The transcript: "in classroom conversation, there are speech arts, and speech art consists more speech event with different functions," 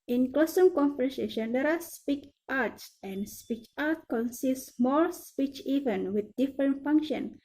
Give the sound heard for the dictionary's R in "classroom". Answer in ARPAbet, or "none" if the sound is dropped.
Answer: none